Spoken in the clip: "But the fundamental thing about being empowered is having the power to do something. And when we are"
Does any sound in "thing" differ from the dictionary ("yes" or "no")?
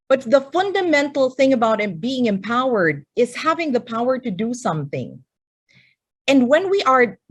no